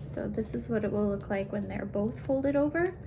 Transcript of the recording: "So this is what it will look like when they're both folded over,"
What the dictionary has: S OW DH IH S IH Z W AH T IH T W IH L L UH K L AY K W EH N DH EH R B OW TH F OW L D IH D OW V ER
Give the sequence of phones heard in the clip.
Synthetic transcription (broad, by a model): S OW DH IH S IH Z W AH T IH T W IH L L UH K L AY K W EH N DH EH R B OW TH F OW L D IH D OW V ER